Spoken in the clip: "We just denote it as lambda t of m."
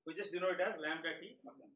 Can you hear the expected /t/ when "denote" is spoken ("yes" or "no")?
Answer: no